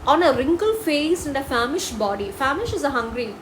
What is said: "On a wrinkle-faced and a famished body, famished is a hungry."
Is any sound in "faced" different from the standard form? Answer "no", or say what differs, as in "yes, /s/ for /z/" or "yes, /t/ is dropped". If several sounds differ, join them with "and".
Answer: yes, /t/ is dropped